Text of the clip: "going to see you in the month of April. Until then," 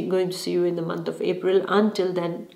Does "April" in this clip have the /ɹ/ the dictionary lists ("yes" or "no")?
yes